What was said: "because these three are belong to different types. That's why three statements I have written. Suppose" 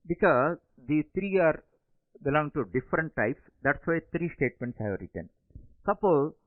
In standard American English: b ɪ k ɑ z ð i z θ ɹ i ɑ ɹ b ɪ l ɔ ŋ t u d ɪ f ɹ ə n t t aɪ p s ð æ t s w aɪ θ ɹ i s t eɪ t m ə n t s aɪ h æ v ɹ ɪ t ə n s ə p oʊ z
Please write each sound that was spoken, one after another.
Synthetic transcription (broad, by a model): b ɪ k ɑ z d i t ɹ i ɑ ɹ b ɪ l ɔ ŋ t u d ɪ f ɹ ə n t t aɪ p s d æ t s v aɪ t ɹ i s t eɪ t m ə n t s h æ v ɹ ɪ t ə n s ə p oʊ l